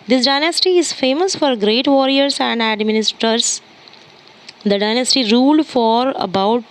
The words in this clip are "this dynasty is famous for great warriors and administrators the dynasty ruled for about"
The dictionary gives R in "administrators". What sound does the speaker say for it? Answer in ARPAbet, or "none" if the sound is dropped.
none